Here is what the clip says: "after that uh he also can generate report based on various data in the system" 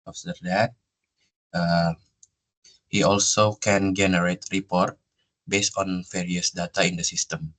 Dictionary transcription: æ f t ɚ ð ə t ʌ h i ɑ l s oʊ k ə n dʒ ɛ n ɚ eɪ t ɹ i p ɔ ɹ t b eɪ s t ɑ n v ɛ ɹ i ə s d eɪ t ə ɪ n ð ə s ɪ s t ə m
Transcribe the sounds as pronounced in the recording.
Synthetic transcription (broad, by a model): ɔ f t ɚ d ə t ʌ h i ɑ l s oʊ k ə n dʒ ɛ n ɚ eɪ t ɹ i p ɔ ɹ t b eɪ s t ɑ n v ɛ ɹ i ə s d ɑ t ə ɪ n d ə s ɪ s t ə m